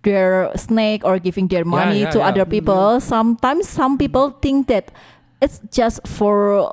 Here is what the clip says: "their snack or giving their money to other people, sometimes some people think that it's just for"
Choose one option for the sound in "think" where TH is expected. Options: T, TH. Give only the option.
T